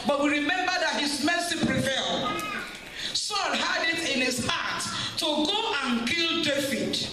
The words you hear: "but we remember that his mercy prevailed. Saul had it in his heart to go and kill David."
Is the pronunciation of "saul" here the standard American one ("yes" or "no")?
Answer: no